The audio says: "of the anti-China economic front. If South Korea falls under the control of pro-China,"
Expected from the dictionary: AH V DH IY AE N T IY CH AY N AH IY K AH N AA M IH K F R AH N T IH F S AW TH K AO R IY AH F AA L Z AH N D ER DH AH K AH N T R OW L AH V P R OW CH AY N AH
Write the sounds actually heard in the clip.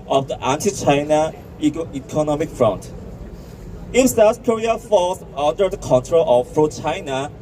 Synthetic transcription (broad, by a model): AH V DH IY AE N T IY CH AY N AH IY K AH N AA M IH K F R AH N T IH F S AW S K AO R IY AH F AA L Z AH N D ER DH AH K AH N T R OW L AH V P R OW CH AY N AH